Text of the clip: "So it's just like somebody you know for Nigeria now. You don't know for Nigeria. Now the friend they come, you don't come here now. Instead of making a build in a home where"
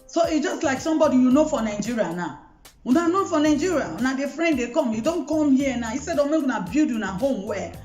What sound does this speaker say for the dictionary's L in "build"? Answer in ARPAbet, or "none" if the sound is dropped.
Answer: none